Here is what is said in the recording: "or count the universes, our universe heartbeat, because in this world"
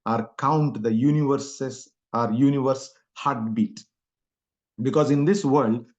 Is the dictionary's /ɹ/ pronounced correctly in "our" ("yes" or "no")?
yes